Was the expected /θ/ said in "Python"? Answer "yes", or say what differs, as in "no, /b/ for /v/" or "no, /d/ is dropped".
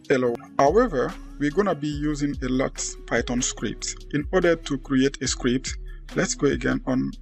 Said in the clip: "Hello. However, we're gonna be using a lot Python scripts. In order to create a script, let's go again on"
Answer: no, /t/ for /θ/